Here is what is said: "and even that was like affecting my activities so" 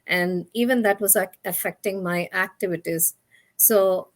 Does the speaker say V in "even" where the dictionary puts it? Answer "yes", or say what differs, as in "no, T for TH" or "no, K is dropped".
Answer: yes